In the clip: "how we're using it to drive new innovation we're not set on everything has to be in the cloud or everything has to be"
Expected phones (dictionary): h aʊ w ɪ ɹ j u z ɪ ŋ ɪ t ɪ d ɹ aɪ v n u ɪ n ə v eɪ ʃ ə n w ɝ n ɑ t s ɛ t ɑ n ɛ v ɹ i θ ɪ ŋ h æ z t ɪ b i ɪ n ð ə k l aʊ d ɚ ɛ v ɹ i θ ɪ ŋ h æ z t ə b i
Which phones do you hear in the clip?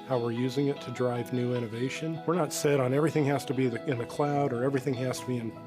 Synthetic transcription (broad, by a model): h aʊ w ɪ ɹ j u z ɪ ŋ ɪ t ɪ d ɹ aɪ v n u ɪ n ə v eɪ ʃ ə n w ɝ n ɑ t s ɛ t n ɛ v ɹ i θ ɪ ŋ h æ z t ɪ b i ɪ n ð ə k l aʊ d ɚ ɛ v ɹ i θ ɪ ŋ h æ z t ə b i